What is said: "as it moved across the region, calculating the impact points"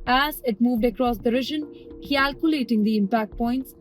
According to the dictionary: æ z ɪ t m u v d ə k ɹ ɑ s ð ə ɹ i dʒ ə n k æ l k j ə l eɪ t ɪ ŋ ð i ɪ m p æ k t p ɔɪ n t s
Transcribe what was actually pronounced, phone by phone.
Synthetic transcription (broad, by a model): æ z ɪ t m u v d ə k ɹ ɑ s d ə ɹ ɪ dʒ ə n k æ l k j ə l eɪ t ɪ ŋ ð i ɪ m p æ k t p ɔɪ n t s